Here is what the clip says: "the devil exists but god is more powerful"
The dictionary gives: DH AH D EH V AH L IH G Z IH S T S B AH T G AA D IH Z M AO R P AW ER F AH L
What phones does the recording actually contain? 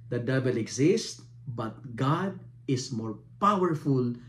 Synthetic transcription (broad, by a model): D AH D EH B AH L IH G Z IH S T B AH T G AA D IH S M AO R P AW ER F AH L